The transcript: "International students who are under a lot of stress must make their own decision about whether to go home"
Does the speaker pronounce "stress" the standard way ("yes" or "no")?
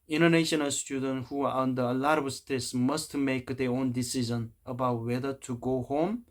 no